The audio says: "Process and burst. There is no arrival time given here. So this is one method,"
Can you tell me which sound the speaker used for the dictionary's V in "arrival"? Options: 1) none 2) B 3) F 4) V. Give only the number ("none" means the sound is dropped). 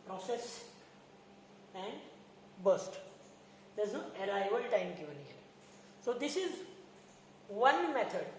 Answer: 2